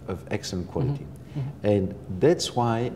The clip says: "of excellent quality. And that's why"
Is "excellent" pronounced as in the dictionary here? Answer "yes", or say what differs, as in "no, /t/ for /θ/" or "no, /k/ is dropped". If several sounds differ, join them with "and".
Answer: no, /l/ is dropped